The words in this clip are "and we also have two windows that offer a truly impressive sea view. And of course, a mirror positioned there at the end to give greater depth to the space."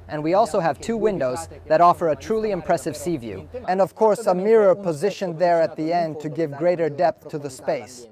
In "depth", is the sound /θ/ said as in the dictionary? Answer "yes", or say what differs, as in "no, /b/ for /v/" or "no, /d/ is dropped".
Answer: yes